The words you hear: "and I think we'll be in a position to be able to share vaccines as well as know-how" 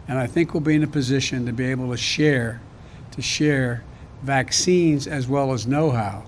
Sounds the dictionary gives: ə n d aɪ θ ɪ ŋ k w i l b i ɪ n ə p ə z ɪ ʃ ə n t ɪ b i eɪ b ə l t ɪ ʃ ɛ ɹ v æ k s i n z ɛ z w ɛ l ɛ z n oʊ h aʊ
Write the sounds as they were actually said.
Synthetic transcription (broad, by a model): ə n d aɪ θ ɪ ŋ k w i l b i ɪ n ə p ə z ɪ ʃ ə n t ɪ b i eɪ b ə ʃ t ɪ ʃ ɛ ɹ v æ k s i n z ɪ z w ɛ l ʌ z n oʊ h aʊ